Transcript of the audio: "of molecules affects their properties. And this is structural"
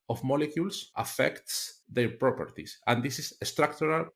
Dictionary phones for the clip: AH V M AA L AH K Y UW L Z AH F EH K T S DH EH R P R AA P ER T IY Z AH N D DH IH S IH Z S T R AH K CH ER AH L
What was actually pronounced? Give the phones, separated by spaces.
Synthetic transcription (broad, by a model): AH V M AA L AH K Y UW L S AH F EH K T S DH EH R P R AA P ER T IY S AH N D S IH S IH S T R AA K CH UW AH L